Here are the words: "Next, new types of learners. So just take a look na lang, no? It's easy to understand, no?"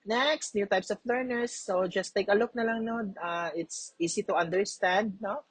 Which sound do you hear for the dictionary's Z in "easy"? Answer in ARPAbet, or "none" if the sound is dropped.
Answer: S